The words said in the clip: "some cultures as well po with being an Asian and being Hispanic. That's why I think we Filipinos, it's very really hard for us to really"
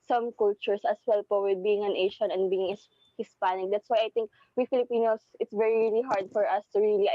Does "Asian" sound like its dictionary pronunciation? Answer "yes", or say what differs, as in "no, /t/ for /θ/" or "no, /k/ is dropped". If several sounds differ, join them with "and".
no, /ʃ/ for /ʒ/